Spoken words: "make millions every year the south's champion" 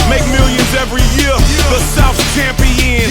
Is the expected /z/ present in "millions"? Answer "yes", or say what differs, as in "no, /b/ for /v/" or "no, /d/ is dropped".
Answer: yes